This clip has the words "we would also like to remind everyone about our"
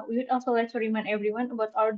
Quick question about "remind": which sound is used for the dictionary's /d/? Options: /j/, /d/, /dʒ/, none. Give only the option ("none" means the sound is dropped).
none